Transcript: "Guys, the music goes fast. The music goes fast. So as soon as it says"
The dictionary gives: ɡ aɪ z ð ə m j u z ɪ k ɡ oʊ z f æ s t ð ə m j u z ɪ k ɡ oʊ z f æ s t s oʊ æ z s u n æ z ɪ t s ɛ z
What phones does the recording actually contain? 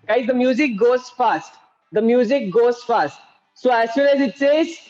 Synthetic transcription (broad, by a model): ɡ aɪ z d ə m j u z ɪ k ɡ oʊ z f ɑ s t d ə m j u z ɪ k ɡ oʊ z f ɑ s t s oʊ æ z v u l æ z ɪ t s ɛ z